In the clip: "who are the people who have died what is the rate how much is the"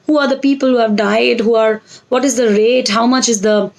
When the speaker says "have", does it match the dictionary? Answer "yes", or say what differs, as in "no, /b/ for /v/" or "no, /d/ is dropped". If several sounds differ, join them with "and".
yes